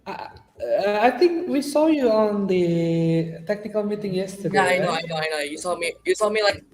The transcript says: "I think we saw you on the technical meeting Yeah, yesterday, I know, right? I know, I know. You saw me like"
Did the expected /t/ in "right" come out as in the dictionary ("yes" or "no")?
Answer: no